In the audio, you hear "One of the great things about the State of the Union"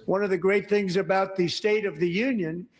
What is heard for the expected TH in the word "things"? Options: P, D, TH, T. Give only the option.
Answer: TH